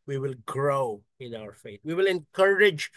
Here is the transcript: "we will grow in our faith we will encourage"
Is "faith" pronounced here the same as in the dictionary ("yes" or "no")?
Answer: no